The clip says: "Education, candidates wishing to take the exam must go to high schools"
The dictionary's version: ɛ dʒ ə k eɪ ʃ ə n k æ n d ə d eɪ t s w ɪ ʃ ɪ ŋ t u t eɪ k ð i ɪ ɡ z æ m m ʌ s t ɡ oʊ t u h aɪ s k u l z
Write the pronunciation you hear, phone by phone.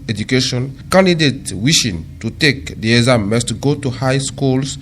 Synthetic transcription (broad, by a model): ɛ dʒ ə k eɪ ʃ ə n k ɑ n d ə d eɪ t w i ʃ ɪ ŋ t u t eɪ k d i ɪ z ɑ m m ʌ s t ɡ oʊ t u h aɪ s k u l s